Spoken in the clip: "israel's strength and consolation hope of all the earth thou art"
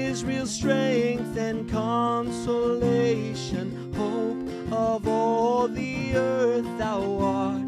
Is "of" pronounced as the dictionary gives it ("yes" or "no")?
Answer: yes